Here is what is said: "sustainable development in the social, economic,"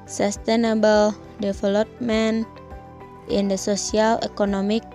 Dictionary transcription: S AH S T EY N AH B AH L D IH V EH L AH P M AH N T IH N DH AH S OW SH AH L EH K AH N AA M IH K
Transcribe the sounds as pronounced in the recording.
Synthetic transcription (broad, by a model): S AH S T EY N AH B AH L D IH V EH L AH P M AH N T IH N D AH S OW S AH L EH K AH N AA M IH K